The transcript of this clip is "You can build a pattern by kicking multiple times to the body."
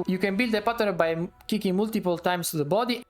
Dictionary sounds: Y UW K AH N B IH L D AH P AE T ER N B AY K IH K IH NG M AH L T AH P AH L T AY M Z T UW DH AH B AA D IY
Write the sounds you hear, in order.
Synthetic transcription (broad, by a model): Y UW K AH N B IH L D AH P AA T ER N B AY K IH K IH NG M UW L T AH P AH L T AY M S T UW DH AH B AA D IY